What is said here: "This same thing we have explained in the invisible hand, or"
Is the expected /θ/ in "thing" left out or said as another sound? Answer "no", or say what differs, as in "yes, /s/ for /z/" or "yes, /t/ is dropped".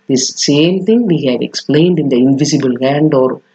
yes, /t/ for /θ/